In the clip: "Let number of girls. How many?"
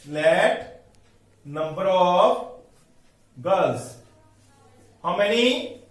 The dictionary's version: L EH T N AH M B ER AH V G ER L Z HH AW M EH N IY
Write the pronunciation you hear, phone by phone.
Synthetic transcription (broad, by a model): L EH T N AH M B ER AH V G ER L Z HH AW M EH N IY